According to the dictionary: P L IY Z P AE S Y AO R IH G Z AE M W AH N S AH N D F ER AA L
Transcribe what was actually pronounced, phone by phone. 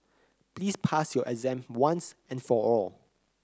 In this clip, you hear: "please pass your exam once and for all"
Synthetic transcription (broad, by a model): P L IY S P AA S Y AO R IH Z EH M W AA N S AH N F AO AA L